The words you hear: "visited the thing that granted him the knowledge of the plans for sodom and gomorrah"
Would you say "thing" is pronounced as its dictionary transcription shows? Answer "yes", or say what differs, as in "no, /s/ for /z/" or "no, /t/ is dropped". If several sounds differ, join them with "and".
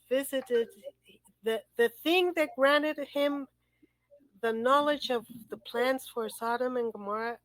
yes